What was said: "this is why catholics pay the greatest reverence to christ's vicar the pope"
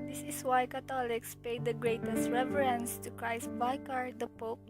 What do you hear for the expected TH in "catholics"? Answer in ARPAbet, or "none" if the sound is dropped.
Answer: T